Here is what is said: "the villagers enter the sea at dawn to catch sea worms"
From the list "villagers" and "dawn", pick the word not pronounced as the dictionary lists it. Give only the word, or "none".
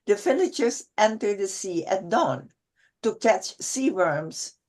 villagers